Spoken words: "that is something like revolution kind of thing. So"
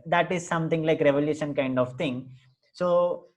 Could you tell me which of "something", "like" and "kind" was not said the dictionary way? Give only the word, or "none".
something